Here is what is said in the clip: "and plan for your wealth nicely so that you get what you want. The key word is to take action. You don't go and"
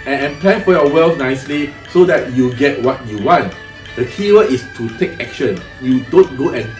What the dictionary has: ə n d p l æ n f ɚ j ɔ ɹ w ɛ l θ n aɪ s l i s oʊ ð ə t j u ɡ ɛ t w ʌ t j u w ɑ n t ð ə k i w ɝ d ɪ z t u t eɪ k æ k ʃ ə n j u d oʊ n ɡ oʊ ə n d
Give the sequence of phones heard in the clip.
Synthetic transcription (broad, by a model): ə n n p l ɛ n f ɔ j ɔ w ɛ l f n aɪ s l i s oʊ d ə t j u ɡ ɛ t w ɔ t j u w ɑ n t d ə k i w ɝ ɪ s t u t eɪ k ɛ k ʃ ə n j u d oʊ n ɡ oʊ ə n